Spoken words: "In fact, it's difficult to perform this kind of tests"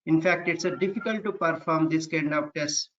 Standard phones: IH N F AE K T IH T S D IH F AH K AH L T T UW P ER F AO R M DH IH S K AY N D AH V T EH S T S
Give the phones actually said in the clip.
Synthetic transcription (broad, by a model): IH N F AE K T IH T S D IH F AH K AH L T T UW P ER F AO R M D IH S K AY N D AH P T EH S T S